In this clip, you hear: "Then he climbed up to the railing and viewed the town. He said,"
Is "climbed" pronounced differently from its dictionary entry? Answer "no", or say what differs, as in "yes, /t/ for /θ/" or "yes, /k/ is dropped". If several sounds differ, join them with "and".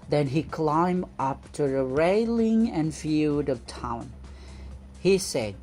yes, /d/ is dropped